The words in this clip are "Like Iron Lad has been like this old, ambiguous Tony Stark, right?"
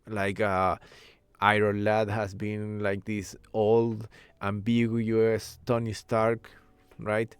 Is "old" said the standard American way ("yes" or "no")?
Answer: yes